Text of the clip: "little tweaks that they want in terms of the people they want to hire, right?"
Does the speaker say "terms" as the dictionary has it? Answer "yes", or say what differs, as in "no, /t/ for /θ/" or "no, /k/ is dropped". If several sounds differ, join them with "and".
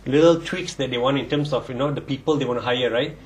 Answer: no, /s/ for /z/